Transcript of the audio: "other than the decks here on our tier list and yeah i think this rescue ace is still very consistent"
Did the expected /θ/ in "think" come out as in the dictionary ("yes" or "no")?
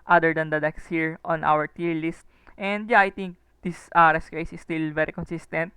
no